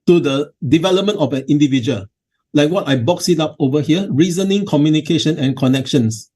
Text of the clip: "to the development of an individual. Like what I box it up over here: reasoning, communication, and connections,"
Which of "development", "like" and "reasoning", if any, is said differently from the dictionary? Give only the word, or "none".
none